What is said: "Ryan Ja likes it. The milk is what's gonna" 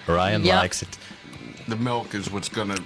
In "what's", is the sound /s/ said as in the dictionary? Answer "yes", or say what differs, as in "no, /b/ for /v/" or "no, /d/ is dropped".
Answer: yes